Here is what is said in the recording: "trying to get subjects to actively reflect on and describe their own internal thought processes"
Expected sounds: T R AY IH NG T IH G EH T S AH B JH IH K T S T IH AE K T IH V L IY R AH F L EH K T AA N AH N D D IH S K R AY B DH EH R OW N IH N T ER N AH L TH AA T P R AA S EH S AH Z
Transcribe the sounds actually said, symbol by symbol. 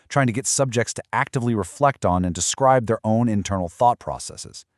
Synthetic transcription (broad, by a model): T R AY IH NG T IH G EH T S AH B JH IH K T S T IH AE K T IH V L IY R AH F L EH K T N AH N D D IH S K R AY B DH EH R OW N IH N T ER N L TH AA T P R AA S EH S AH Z